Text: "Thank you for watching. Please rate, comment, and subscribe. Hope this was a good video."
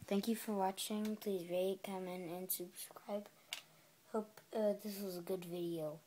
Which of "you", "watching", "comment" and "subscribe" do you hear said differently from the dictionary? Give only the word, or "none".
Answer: comment